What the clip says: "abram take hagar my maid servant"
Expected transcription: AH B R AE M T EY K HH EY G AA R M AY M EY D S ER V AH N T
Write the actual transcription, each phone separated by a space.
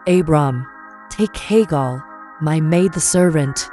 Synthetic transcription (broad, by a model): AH B R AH M T EY K HH EY G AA L M AY M EY D S ER V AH N T